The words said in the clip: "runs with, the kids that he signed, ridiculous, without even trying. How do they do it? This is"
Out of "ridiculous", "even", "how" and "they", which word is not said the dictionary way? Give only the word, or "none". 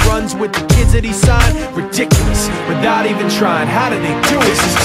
none